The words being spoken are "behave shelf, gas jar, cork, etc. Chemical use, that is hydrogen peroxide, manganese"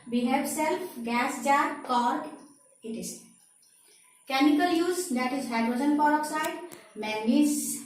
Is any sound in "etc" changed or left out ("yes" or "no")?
yes